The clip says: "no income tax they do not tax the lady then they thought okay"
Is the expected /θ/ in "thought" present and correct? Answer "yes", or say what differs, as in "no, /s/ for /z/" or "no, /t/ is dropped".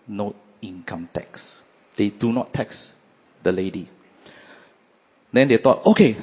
no, /t/ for /θ/